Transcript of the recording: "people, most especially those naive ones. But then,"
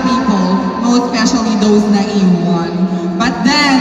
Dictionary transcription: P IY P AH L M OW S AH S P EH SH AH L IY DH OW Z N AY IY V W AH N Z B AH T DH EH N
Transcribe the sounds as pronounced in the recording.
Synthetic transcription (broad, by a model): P IY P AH L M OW AH S P EH SH AH L IY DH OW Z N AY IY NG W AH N B AH T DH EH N